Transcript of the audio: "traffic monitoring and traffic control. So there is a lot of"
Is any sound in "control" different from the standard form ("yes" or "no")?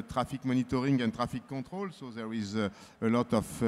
yes